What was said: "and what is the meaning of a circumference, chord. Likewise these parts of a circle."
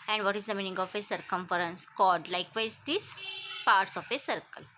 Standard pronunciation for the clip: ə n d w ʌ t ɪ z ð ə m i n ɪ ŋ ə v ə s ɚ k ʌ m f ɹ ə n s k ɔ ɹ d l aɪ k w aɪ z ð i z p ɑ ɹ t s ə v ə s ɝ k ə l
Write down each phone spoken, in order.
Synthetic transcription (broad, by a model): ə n d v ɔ t ɪ z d ə m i n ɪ ŋ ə f ə s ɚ k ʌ m f ɹ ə n s k ɔ l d l aɪ k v aɪ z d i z p ɑ ɹ t s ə f ə s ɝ k ə l